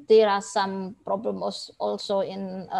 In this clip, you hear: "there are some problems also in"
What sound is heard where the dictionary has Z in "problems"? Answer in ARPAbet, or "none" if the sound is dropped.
none